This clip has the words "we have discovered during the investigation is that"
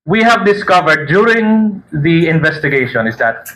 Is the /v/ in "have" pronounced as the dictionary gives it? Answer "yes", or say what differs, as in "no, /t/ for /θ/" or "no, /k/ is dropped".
yes